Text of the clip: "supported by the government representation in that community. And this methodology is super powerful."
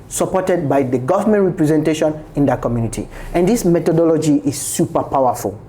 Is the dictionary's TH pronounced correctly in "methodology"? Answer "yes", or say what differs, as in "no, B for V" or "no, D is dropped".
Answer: no, T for TH